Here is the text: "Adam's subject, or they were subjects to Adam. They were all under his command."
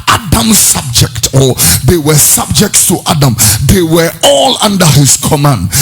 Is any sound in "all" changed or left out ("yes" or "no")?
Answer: no